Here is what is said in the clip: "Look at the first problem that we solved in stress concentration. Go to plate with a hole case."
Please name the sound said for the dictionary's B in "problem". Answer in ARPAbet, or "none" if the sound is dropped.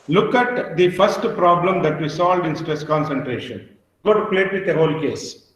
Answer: B